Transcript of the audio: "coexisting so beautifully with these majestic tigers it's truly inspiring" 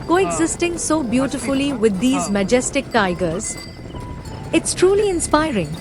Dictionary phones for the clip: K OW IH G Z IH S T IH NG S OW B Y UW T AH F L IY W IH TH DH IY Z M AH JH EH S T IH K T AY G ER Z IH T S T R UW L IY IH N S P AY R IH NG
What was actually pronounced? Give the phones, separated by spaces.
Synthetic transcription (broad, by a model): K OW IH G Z IH S T IH NG S OW B Y UW T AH F L IY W IH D IY Z M AH JH EH S T IH K T AY G ER Z IH T S T R UW L IY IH N S P AY R IH NG